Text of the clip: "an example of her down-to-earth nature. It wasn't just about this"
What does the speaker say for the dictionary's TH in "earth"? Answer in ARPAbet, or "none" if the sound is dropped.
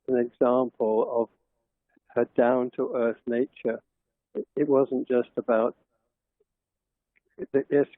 TH